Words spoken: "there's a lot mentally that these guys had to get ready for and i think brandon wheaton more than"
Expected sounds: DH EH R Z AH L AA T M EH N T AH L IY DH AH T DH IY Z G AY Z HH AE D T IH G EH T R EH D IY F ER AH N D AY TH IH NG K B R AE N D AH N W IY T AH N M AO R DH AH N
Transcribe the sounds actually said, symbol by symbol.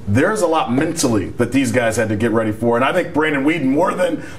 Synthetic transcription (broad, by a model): DH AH R Z AH L AA T M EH N T L IY DH AH T DH IY Z G AY Z HH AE D T IH G EH T R EH D IY F ER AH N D AY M IH K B R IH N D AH N W IY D N M AO R DH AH N